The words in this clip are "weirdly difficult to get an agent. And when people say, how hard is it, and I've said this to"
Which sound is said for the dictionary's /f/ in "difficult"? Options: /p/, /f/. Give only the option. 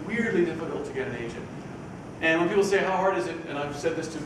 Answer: /p/